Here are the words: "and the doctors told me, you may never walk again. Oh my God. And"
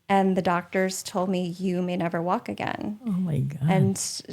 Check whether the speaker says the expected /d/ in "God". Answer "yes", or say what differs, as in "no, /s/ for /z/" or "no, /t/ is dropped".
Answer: no, /d/ is dropped